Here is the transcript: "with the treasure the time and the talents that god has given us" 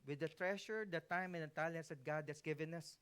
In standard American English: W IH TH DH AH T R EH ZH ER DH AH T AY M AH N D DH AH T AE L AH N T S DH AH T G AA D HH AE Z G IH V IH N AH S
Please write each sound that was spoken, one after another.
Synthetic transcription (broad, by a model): W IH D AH T R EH SH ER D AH T AY M AH N D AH T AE L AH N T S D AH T G AA D HH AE S G IH V IH N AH S